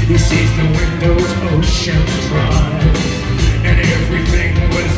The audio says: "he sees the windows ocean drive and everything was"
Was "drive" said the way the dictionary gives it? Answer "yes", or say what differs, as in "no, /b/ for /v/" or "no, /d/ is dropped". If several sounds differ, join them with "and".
no, /v/ is dropped